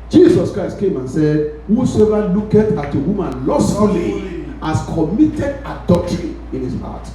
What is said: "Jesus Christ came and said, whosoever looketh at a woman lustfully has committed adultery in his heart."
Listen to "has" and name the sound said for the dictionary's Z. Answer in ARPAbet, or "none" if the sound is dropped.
S